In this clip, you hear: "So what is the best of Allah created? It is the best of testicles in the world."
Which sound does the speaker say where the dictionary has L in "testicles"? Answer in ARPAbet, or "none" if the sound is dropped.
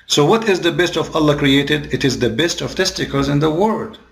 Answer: none